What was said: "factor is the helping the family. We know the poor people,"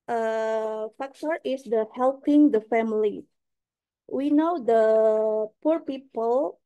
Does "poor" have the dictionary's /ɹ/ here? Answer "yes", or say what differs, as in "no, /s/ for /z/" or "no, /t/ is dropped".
yes